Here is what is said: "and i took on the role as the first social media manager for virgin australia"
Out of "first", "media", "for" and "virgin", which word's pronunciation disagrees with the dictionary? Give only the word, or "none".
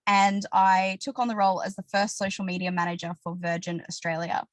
none